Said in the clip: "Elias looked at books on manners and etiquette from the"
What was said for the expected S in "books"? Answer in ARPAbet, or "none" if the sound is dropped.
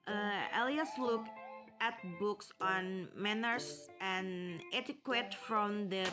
S